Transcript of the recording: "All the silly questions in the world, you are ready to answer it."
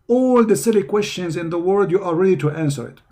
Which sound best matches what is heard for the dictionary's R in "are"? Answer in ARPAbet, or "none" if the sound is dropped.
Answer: L